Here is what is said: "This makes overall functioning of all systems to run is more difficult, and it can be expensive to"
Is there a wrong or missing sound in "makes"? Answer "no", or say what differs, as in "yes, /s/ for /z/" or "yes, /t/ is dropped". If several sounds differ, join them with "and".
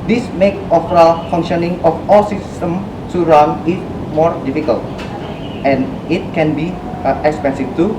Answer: yes, /s/ is dropped